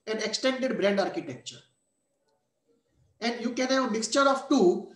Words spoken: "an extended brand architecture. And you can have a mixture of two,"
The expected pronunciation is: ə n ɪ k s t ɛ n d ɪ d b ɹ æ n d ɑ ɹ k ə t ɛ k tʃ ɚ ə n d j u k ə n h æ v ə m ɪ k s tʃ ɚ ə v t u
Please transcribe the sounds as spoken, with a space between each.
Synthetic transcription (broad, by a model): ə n ɪ k s t ɛ n d ɪ d b ɹ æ n d ɑ ɹ k ə t ɛ k tʃ ɚ ə n d j u k ə n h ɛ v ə m ɪ k s tʃ ɚ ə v t u